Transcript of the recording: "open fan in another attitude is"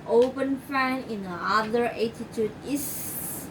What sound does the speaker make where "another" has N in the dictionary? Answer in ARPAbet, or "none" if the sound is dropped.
none